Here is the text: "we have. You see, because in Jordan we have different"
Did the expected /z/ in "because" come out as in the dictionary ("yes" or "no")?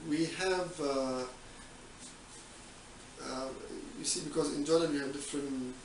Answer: yes